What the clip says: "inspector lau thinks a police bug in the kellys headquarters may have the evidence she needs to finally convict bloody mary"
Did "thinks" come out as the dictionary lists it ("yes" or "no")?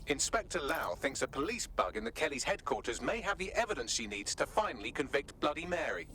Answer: yes